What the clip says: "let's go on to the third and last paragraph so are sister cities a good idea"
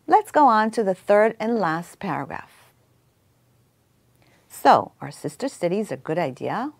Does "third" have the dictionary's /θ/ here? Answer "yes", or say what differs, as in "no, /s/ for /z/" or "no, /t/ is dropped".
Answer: yes